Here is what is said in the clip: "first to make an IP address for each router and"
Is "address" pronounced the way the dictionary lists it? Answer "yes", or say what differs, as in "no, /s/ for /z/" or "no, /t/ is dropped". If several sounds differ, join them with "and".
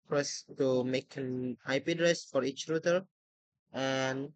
yes